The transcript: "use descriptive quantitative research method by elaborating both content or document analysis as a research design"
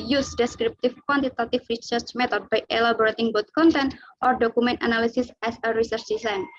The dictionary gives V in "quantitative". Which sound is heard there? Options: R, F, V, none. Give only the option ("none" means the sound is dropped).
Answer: F